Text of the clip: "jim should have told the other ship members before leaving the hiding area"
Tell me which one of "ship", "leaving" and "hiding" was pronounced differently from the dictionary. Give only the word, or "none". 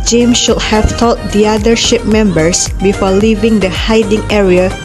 none